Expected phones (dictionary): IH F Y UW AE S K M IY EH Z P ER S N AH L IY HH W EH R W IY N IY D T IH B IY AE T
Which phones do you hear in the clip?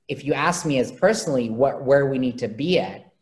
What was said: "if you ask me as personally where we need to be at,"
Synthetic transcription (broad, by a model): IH F Y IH AE S K M IY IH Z P ER S N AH W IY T W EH R W IY N IY D T IH B IY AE T